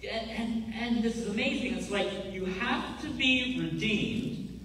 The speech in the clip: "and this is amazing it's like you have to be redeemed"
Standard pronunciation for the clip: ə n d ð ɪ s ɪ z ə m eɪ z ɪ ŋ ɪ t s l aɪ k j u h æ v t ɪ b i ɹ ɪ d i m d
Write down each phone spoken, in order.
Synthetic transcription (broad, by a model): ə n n ð ɪ s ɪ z ə m eɪ z ɪ ŋ ɪ t s l aɪ k j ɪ h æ f t ɪ b i ɹ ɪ d i m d